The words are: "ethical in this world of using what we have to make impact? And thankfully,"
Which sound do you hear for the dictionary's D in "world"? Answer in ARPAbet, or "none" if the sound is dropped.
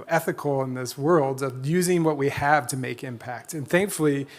D